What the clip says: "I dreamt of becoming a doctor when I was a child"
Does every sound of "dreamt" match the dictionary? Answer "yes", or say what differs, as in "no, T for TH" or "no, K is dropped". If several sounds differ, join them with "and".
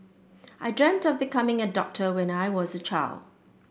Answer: yes